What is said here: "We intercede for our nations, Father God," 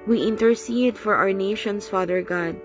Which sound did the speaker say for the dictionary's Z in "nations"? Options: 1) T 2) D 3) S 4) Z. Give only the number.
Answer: 3